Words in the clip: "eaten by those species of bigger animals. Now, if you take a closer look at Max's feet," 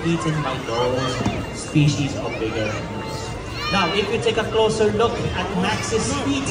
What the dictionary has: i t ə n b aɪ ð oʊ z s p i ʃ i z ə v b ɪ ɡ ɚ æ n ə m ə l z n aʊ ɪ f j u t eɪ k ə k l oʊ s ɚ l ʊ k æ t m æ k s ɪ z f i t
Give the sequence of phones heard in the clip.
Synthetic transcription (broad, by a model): i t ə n b aɪ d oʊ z s p i ʃ i z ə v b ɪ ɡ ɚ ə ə z n aʊ ɪ f j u t eɪ k ə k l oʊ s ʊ l ʊ k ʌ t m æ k s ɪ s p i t